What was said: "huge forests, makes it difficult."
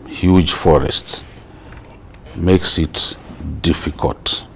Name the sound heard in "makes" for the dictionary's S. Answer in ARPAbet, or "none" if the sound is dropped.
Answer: S